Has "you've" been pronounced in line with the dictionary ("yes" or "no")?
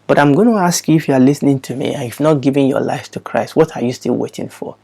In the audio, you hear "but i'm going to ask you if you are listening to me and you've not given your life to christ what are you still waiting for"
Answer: no